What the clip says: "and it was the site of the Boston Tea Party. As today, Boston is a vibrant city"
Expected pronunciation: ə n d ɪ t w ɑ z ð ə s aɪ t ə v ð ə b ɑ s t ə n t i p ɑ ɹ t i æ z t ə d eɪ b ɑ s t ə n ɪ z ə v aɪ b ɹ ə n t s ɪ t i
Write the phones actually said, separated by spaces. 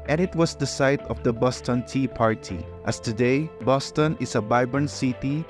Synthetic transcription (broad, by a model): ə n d ɪ t w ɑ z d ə s aɪ t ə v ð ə b ɑ s t ə n t i p ɑ ɹ t i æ s t ə d eɪ b ɑ s t ə n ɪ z ə b aɪ b ə n s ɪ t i